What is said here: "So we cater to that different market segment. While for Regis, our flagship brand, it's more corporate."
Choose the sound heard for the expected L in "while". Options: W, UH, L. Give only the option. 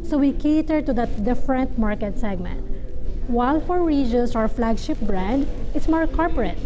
L